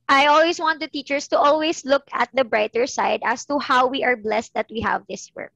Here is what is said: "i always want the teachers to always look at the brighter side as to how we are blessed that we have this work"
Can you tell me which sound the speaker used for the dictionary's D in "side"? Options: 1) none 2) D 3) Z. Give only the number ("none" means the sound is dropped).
2